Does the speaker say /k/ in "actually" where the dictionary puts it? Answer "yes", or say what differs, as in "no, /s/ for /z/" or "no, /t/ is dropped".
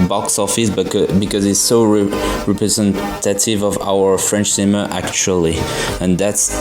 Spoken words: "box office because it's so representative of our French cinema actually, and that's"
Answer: yes